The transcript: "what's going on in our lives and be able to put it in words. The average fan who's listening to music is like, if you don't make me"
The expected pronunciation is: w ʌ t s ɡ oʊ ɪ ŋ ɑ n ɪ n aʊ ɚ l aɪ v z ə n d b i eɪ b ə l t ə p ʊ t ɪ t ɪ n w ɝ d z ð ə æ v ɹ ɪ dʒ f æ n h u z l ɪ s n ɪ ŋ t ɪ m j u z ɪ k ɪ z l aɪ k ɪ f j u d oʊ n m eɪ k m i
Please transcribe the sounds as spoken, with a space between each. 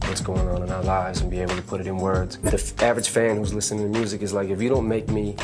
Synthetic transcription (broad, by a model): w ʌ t s ɡ oʊ ɪ ŋ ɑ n ɪ n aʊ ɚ l aɪ v z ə n b i eɪ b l t ə p ʊ t ɪ t ɪ n w ɝ d z ð ə æ v ɹ ɪ dʒ f æ n h u z l ɪ s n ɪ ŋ t ɪ m j u z ɪ k ɪ z l aɪ k ɪ f j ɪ d oʊ n m eɪ k m i